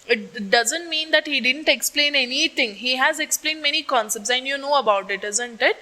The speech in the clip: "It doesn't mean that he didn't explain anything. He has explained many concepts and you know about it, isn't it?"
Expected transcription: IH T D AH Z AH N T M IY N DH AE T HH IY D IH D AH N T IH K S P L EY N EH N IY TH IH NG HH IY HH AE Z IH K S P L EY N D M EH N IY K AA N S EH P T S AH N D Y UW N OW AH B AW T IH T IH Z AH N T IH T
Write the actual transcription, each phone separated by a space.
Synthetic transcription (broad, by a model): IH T D AH Z AH N T M IY N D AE T HH IY D IH D AH N T IH K S P L EY N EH N IY T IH NG HH IY HH AE Z IH K S P L EY N D M EH N IY K AA N S EH P T S AH N D Y UW N OW AH B AW T IH T IH Z AH N T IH T